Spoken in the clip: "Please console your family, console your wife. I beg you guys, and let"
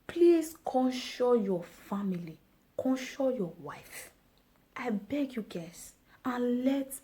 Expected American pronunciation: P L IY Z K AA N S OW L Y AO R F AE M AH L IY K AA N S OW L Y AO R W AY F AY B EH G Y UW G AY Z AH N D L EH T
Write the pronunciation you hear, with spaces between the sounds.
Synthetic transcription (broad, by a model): P L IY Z K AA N SH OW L Y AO F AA M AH L IY K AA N SH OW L Y AO W AY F AY B EH G Y UW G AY S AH N L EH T